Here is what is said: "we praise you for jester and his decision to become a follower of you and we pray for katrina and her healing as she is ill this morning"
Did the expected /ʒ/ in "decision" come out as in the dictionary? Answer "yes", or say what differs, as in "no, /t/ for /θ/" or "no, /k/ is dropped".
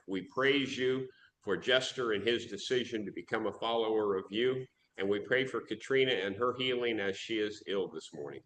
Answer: yes